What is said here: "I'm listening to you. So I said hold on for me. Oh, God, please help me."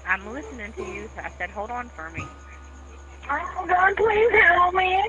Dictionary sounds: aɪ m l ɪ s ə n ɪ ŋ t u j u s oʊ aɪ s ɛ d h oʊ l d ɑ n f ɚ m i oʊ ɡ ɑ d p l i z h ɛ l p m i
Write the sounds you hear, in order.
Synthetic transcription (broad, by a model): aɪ m l ɪ s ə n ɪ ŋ t u j u s oʊ aɪ s ɛ d h oʊ l d n f ɚ m i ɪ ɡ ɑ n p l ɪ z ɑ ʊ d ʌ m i